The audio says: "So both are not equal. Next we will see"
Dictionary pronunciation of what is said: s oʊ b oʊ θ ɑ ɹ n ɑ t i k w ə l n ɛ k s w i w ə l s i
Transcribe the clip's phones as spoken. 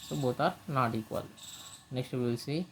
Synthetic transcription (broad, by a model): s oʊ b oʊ t ɑ ɹ n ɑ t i k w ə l n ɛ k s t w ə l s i